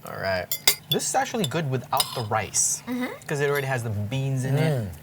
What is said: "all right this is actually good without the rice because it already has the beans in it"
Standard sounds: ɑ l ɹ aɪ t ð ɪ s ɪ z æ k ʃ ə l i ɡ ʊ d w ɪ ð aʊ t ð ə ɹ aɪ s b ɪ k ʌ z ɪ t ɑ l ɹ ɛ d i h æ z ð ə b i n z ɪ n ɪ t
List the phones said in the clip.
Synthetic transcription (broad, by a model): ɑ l ɹ aɪ t ð ɪ s ɪ z æ k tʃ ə l i ɡ ʊ d w ɪ ð aʊ t ð ə ɹ aɪ s k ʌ z ɪ t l ɹ ɛ d i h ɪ z ð ə b i n z ɪ n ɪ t